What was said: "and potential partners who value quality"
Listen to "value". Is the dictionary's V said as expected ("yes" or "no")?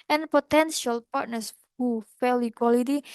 no